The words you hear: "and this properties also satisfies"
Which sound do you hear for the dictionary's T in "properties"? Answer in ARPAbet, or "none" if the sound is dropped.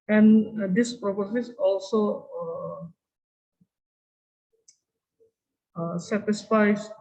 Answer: S